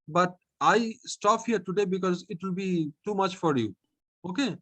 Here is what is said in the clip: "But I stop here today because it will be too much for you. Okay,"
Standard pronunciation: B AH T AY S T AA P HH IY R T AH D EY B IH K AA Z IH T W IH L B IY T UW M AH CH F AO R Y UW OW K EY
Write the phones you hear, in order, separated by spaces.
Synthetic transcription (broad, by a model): B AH T AY S T AA P HH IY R T AH D EY B IH K AA Z IH T W IH L B IY T UW M AH CH F AO R Y UW OW K EY